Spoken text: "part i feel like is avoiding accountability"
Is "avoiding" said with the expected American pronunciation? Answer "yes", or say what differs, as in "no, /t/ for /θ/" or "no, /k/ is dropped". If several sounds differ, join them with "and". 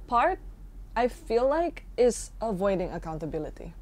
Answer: yes